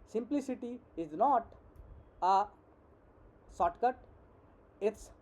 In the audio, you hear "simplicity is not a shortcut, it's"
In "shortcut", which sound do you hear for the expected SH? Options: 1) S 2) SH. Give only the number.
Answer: 1